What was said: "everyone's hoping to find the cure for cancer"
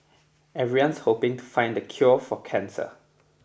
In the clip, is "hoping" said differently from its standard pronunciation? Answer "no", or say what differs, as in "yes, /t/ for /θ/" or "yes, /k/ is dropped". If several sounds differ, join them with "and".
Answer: no